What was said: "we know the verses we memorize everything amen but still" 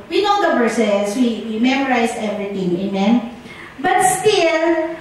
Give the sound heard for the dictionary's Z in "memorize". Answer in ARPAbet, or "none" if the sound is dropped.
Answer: S